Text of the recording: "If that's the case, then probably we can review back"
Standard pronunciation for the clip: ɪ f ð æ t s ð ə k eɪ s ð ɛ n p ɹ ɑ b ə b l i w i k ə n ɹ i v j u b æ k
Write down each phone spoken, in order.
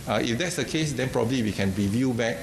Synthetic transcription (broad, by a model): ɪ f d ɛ t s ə k eɪ s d ɛ n p ɹ ɑ b ə b l i w i k ə n ɹ i v j u b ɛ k